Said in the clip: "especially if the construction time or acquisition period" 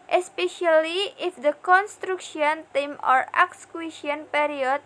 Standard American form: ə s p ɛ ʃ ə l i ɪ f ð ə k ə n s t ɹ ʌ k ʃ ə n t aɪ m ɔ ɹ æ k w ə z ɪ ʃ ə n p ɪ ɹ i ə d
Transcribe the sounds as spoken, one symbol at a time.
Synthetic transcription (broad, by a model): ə s p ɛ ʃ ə l i ɪ f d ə k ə n s t ɹ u k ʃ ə n t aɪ m ɔ ɹ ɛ k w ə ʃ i ə n p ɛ ɹ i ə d